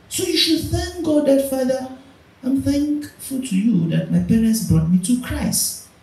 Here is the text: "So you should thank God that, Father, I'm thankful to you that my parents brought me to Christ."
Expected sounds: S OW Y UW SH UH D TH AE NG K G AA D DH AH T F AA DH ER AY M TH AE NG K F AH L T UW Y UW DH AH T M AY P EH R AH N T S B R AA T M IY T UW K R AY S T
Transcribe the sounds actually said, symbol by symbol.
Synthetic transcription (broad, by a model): S OW Y UW SH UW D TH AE NG K G AA D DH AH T F AA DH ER AY M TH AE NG K F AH L T UW Y UW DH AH T M AY P EH R AH N T S B R AA T M IY T UW K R AY S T